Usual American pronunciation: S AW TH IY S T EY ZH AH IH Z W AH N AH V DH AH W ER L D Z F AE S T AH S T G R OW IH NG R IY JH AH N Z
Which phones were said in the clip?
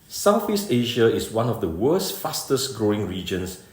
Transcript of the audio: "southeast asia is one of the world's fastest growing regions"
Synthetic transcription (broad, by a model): S AW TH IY S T EY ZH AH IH S W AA N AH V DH AH W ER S F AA S T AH S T G R OW IH NG R IY JH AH N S